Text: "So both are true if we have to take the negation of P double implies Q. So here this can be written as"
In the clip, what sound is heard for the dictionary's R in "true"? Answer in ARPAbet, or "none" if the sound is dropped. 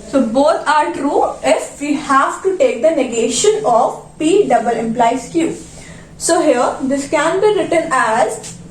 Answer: R